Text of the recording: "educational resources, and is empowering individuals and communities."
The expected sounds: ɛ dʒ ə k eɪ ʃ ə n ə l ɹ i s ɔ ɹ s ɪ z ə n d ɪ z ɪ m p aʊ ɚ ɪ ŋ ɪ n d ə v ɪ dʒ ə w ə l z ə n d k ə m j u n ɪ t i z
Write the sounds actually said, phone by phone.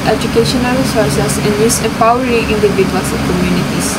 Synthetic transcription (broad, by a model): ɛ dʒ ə k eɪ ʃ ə n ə l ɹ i s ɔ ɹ s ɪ s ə n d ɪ s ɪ p aʊ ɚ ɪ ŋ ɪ n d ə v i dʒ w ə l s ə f k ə m j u n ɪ t i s